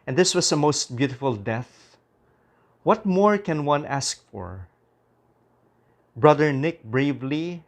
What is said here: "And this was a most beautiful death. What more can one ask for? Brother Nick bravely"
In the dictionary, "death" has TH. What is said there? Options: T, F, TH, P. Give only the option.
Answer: TH